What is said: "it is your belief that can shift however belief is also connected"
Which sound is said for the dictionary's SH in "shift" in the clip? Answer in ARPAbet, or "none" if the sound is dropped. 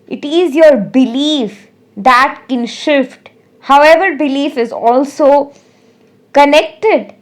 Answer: SH